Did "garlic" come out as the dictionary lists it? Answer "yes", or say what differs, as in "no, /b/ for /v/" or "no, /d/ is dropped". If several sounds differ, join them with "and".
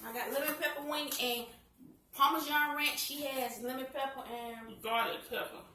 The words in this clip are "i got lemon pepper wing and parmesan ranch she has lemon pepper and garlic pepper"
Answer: no, /l/ is dropped